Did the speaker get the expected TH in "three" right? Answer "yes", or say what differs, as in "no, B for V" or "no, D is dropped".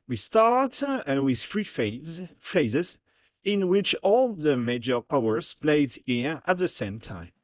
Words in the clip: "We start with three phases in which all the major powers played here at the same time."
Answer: no, F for TH